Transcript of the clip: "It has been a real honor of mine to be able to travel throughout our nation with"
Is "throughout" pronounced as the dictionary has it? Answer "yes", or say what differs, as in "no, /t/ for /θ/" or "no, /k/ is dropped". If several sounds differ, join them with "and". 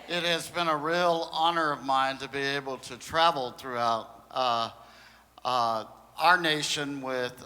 yes